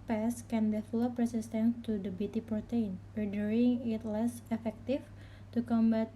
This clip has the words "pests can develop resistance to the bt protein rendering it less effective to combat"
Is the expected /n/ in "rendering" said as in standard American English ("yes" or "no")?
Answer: no